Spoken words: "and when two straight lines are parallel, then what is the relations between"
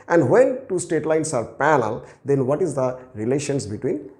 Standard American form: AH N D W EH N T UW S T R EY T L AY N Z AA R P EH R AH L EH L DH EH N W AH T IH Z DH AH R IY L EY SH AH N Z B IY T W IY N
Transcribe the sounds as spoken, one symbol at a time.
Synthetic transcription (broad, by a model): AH N D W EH N T UW S T EY T L AY N S AA R P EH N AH L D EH N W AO T IH Z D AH R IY L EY SH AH N S B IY T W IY N